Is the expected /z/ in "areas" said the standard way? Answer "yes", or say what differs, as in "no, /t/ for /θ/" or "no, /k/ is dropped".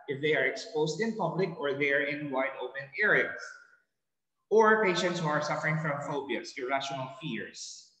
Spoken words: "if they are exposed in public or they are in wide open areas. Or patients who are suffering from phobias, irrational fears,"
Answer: no, /s/ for /z/